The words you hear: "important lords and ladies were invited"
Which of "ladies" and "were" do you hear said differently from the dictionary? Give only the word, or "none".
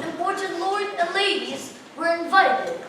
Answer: none